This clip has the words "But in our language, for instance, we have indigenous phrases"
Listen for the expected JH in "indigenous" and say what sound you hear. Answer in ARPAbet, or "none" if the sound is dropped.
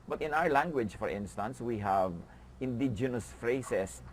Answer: JH